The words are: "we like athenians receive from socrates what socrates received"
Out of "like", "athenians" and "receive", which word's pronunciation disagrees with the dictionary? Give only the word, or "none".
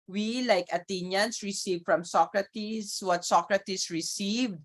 athenians